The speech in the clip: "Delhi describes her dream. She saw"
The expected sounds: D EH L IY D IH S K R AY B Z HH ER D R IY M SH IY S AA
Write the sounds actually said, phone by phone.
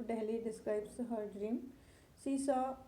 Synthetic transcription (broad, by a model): D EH L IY D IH S K R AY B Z HH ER D R IY M S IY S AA